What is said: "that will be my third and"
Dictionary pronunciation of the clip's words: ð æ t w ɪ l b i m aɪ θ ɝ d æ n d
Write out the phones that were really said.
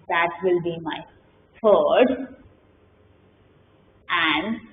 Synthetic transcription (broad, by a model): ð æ t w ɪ l b i m aɪ f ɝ d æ n d